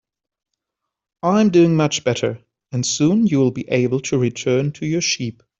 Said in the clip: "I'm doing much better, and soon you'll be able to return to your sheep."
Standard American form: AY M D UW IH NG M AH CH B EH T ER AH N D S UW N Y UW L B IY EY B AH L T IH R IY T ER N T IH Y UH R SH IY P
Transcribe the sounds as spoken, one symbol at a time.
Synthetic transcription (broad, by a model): AY M D UW IH NG M AH CH B EH T ER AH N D S UW N Y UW L B IY EY B AH L T IH R IY T ER N T IH Y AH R SH IY P